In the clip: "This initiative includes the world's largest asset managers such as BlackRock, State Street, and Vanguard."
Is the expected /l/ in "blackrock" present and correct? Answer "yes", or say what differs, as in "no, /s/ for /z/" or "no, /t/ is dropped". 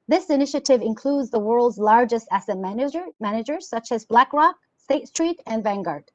yes